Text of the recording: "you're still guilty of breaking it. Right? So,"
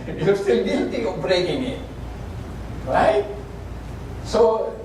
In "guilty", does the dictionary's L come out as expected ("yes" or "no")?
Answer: no